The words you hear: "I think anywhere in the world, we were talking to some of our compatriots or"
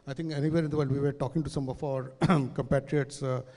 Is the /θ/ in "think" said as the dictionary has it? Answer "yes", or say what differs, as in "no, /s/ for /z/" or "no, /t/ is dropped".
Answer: no, /t/ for /θ/